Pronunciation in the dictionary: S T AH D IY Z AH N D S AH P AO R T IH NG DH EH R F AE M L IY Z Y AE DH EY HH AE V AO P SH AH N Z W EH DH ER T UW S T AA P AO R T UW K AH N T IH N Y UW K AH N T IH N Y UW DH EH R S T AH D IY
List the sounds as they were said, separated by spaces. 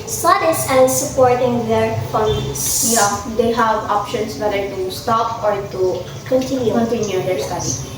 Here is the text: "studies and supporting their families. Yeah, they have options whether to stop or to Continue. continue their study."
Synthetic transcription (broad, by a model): S T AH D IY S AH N S AH P AO R T IH NG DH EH R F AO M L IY S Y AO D EY HH AE V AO P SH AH N S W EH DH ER T UW S T AA P AO R T UW K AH N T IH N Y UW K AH N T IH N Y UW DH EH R S T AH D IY